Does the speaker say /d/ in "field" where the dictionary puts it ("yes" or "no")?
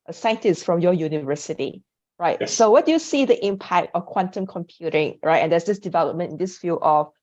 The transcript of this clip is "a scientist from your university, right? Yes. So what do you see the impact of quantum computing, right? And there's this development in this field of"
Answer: no